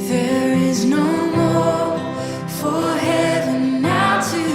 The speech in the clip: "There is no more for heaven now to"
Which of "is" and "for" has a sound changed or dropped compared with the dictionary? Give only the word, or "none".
none